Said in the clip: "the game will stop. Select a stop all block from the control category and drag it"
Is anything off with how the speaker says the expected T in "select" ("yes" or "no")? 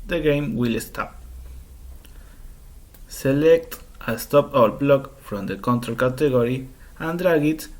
no